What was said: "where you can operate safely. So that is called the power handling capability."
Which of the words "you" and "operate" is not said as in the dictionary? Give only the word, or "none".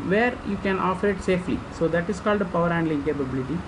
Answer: operate